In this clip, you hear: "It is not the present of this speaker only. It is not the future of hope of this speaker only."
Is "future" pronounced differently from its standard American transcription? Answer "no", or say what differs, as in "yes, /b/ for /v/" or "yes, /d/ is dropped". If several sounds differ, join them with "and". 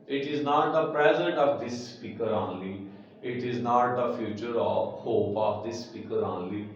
no